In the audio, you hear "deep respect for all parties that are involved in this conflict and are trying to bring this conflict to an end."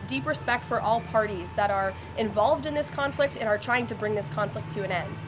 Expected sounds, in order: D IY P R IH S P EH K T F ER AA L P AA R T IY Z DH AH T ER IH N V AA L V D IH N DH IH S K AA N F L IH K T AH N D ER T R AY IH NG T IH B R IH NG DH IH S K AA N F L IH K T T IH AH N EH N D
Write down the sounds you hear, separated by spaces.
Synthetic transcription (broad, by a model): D IY P R IH S P EH K T F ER AA L P AA R T IY Z DH AH T ER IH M V AA L V D IH N DH IH S K AA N F L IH K T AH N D ER T R AY IH NG T IH B R IH NG DH IH S K AA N F L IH K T T IH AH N EH N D